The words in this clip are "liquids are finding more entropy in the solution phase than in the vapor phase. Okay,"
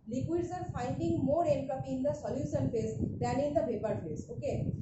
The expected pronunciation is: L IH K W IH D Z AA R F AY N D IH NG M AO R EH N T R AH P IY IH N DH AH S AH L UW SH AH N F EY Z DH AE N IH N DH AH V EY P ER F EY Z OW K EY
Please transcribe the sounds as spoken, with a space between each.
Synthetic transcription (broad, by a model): L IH K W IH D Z AA R F AY N D IH NG M AO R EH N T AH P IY IH N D AH S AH L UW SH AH N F EY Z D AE N IH N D AH P EY P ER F EY S OW K EY